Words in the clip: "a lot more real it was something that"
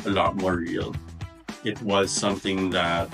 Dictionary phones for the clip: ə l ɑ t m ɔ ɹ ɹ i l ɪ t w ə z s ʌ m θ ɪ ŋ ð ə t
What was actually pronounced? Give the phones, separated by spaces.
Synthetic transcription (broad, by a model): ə l ɑ t m ɔ ɹ ɹ i l ɪ t w ə z s ʌ m θ ɪ ŋ ð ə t